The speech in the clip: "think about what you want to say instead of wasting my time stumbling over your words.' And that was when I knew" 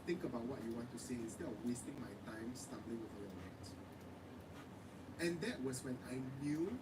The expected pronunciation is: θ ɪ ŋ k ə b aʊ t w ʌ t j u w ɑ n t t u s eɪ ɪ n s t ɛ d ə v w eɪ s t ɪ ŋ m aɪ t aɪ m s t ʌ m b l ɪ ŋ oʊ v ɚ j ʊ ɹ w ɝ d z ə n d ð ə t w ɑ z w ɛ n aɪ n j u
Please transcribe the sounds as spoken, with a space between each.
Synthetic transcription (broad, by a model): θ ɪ ŋ k ə b aʊ t w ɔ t j u w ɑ n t t u s eɪ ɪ s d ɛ ə w eɪ s t ɪ ŋ m aɪ t aɪ m s t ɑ m b l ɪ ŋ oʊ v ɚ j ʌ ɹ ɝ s ə n d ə t w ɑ s w ɛ n aɪ n j u